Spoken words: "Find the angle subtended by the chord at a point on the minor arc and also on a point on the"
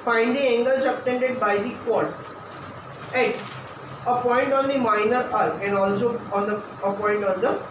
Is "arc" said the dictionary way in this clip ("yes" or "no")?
no